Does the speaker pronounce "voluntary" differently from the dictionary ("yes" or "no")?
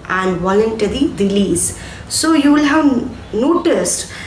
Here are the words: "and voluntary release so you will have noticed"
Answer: no